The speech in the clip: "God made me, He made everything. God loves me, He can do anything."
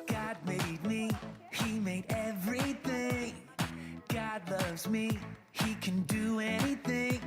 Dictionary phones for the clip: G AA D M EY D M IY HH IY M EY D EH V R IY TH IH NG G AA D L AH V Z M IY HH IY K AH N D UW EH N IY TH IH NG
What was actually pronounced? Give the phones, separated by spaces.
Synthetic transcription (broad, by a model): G AA D M EY D M IY HH IY M EY D EH V R IY TH IH NG G AA D L AH V Z M IY HH IY K AH N D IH EH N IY TH IH NG